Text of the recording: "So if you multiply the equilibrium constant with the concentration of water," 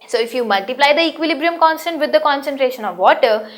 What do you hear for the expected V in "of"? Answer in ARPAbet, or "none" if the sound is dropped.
V